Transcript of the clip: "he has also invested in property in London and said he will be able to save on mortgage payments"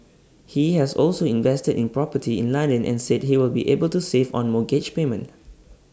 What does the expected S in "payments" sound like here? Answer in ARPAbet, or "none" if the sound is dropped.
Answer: none